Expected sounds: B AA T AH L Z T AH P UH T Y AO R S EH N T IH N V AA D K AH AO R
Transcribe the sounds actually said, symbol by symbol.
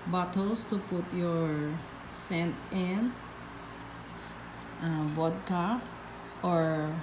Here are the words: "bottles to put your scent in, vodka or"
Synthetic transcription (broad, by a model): B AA T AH L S T AH P UH T Y AO R S EH N T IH N B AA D K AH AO R